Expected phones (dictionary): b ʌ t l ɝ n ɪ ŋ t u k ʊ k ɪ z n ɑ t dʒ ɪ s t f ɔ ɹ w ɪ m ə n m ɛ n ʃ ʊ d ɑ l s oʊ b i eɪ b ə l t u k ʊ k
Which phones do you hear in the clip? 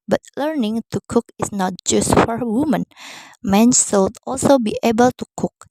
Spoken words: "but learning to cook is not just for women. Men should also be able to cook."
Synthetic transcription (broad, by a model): b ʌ t l ɝ n ɪ ŋ t u k ʊ k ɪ s n ɑ t dʒ ɪ s t f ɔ ɹ w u m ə n m ɛ n s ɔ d ɑ l s oʊ b i eɪ b ə l t u k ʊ k